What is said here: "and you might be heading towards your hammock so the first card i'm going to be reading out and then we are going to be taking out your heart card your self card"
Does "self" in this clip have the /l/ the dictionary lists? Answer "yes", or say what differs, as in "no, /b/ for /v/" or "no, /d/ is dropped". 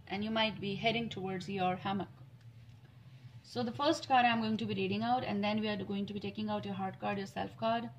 yes